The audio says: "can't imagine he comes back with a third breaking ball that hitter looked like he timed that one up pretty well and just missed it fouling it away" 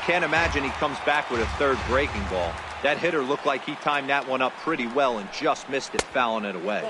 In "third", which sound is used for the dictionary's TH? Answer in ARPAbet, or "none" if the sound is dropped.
TH